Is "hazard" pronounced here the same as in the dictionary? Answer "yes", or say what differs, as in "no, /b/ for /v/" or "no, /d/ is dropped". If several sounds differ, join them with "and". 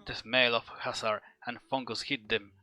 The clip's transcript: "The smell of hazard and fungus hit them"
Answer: no, /s/ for /z/